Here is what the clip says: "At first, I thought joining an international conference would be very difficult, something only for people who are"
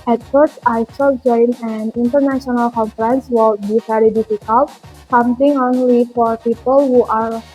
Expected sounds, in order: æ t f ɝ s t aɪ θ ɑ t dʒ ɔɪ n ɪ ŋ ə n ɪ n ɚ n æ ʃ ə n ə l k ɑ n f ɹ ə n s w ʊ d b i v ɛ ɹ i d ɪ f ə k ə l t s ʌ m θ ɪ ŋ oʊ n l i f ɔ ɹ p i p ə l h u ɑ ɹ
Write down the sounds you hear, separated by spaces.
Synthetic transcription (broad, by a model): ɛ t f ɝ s aɪ s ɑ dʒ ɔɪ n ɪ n ə n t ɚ n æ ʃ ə n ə l k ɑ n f ɹ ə n s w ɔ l b i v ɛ ɹ i d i f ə k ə l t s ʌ m t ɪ ŋ oʊ n l i f ɔ ɹ p i p ə l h u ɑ ɹ